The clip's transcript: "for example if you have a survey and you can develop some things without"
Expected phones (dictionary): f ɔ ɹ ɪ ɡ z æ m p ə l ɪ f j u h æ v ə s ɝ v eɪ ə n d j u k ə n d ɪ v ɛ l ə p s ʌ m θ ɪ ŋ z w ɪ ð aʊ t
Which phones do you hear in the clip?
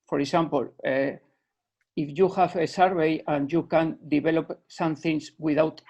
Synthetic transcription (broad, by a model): f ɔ ɹ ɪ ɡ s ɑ m p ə l ɪ f j u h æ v ə s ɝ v eɪ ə n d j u k ə n d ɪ b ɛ l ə p s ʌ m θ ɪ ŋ s w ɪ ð aʊ t